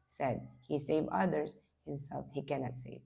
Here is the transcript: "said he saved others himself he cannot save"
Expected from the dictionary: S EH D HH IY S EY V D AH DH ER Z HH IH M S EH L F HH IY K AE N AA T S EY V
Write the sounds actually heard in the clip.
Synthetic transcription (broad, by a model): S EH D HH IY S EY V AH DH ER Z HH IH M S EH L F HH IY K AE N AA T S EY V